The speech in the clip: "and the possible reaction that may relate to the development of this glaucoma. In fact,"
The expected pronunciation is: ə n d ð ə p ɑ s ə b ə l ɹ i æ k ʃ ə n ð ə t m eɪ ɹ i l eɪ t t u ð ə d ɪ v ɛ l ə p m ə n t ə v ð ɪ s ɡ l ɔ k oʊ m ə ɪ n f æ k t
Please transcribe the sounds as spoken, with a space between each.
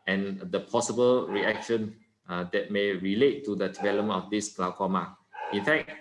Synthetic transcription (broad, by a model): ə n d ə p ɑ s ə b ə l ɹ i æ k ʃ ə n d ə t m eɪ ɹ i l eɪ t t u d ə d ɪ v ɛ l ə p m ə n ə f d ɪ s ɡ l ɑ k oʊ m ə ɪ n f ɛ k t